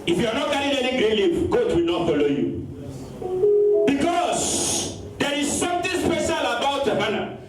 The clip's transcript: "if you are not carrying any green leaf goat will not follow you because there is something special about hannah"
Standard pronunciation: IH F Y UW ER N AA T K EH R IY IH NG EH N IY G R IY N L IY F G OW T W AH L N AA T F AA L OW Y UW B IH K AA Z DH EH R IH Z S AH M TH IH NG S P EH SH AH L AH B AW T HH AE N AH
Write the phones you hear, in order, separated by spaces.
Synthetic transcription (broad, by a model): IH F Y UW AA N AA T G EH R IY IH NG EH N IY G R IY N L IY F G OW T W AH L N AA T F AA L OW Y UW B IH K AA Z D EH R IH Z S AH M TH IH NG S P EH SH AH L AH B AW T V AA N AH